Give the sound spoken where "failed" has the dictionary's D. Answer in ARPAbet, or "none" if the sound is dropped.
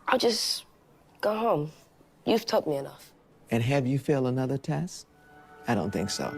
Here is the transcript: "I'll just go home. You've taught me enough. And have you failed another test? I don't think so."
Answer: none